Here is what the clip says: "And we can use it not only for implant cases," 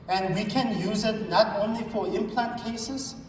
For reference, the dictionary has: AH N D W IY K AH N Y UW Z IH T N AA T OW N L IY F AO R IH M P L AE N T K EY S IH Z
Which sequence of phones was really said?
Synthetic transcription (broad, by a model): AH N D W IY K AH N Y UW Z IH T N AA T OW N L IY F AO R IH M P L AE N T K EY S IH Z